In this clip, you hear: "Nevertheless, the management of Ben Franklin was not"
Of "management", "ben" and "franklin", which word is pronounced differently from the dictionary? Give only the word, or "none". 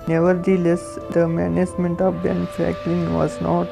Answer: franklin